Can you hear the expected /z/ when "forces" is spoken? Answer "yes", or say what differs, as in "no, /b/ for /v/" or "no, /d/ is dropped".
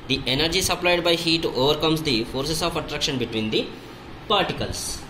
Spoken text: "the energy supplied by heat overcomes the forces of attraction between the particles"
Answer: no, /s/ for /z/